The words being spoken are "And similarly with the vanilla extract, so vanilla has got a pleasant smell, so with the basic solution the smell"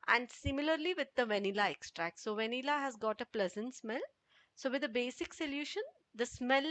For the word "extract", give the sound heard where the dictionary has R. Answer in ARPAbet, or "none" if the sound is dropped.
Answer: R